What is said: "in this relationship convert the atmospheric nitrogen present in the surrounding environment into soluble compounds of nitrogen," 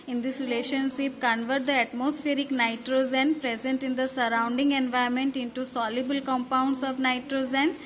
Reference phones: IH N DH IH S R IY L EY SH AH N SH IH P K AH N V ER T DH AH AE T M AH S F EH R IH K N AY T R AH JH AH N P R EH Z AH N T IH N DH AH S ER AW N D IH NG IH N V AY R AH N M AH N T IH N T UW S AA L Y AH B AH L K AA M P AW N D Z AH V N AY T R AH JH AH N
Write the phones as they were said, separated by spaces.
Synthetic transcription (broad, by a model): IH N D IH S R IY L EY SH AH N SH IH P K AH N V ER T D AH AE T M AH S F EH R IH K N AY T R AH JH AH N P R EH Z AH N T IH N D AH S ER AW N D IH NG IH N V AY AH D M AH N T IH N T UW S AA L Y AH B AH L K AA M P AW N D S AH V N AY T R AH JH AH N